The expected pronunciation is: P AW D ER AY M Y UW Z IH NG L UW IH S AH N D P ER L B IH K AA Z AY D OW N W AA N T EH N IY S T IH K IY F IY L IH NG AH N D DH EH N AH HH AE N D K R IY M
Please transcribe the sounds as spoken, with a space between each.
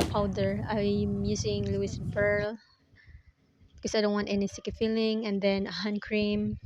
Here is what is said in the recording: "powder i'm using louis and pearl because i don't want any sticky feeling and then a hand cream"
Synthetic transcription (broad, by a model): P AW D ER AY M Y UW S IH NG L UW IH S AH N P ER L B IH K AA S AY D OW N W AA N T EH N IY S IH K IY F IY L IH NG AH N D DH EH N AH HH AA N K R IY M